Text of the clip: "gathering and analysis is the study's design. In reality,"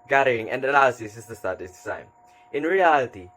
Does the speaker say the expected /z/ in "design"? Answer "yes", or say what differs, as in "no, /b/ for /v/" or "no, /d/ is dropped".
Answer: no, /s/ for /z/